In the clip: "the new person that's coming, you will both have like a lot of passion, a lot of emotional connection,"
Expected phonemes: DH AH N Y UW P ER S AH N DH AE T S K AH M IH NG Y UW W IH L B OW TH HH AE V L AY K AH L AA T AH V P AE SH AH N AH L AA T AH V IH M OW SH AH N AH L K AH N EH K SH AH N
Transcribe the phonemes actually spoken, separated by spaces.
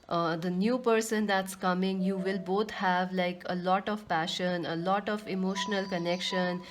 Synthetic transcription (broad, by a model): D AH N Y UW P ER S AH N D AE T S K AH M IH NG Y UW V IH L B OW T HH AE V L AY K AH L AA T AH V P AE SH AH N AH L AA T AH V IH M OW SH AH N AH L K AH N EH K SH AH N